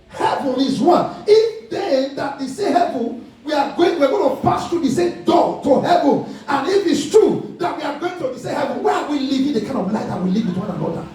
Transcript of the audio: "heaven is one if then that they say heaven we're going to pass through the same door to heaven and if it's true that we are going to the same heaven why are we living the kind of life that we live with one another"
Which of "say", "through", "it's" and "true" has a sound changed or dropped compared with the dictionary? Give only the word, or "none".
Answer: through